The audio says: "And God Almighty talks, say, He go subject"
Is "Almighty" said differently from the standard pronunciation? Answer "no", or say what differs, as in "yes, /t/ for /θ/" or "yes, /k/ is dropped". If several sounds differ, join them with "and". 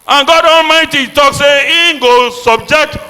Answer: no